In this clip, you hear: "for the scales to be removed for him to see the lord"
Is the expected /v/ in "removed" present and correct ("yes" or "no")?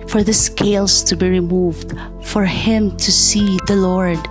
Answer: yes